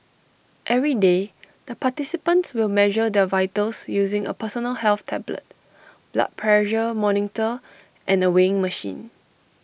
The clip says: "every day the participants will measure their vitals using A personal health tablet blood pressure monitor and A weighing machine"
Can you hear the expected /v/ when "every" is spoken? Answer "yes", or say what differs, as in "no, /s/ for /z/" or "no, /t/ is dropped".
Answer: yes